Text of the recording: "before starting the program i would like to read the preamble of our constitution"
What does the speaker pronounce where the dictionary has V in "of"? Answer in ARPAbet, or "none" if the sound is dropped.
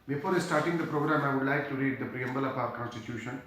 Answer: P